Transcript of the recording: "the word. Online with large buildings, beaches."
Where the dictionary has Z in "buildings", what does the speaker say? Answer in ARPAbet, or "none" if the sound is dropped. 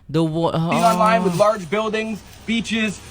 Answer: Z